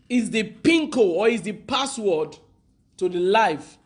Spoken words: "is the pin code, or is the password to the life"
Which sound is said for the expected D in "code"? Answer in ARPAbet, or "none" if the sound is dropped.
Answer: none